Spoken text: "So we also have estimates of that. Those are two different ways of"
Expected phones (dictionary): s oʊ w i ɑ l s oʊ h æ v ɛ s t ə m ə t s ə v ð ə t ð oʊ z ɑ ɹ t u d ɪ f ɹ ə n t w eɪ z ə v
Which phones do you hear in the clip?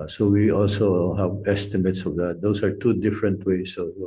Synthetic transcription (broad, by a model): s oʊ w i ɑ l s oʊ h æ v ɛ s t ə m ə t s ə v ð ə t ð oʊ s ɑ ɹ t u d ɪ f ɹ ə n t w eɪ s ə